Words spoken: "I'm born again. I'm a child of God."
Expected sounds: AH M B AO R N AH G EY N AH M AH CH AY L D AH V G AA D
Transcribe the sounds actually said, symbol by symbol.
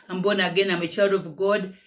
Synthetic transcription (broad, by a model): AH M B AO N AH G EY N AH M AH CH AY D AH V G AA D